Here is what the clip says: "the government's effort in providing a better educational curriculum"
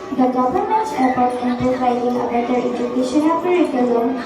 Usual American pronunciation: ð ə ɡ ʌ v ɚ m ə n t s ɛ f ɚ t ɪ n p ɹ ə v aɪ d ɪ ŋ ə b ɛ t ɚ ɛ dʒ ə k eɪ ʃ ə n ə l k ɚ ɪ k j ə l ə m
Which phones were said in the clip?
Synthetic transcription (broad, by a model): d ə ɡ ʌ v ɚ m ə n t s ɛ p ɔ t ɪ n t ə f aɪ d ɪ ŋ ə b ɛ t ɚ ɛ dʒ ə k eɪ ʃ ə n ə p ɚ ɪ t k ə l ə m